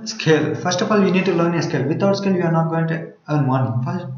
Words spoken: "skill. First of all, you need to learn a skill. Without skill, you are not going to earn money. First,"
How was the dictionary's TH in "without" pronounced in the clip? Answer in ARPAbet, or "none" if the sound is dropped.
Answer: T